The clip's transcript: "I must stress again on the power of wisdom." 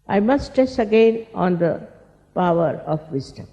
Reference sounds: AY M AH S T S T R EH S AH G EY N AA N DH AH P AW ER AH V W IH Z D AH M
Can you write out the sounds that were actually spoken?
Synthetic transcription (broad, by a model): AY M AH S T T EH S AH G EY N AA N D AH P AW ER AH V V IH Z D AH M